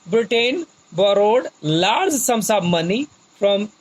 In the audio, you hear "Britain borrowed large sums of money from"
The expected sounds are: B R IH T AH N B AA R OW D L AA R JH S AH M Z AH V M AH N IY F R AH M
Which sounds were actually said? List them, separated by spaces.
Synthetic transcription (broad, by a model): B R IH T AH N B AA R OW D L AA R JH S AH M S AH B M AH N IY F R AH M